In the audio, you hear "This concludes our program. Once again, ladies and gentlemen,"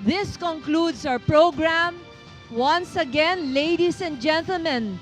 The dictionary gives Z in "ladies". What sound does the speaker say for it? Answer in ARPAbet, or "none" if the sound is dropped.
S